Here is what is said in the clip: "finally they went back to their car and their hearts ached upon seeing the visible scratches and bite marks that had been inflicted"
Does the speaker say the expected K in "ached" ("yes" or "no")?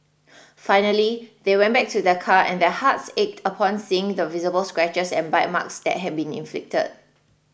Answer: yes